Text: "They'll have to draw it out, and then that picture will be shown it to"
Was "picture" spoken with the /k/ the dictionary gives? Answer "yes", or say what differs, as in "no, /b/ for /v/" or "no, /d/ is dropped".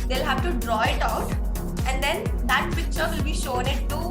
yes